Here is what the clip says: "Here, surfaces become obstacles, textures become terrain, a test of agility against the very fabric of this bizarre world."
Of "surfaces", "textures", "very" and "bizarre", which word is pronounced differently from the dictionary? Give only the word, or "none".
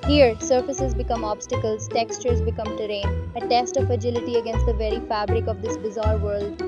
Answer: none